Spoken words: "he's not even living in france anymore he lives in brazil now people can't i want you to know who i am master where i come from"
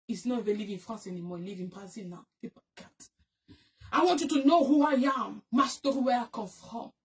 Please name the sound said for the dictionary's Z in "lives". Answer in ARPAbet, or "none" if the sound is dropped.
none